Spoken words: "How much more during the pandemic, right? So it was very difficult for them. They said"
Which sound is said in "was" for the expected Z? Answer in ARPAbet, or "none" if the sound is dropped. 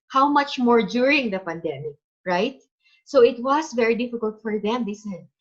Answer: S